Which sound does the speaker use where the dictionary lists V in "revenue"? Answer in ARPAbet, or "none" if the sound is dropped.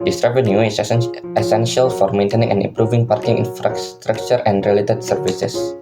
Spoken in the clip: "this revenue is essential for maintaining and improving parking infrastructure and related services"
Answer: B